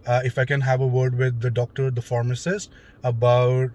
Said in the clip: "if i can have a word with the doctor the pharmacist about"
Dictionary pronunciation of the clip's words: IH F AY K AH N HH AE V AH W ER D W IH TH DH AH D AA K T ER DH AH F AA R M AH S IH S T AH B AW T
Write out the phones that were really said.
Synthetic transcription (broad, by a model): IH F AY K AH N HH AE V AH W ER D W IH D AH D AA K T ER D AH F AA R M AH S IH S AH B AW T